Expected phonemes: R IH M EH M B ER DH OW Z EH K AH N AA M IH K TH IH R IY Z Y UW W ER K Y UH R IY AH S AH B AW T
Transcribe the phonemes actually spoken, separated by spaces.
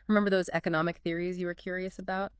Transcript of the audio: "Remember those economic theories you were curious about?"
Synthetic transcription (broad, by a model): R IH M EH M B ER DH OW Z EH K AH N AA M IH K TH IH R IY Z Y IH W ER K Y UH R IY AH S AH B AW T